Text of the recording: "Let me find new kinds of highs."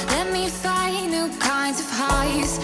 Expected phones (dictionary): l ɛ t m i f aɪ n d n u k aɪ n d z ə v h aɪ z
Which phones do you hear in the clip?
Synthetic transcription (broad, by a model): l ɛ t m i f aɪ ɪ n u k aɪ n d z ə v h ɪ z